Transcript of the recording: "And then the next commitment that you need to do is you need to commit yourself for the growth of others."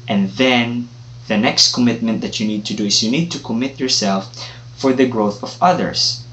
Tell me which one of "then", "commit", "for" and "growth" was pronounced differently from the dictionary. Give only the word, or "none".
none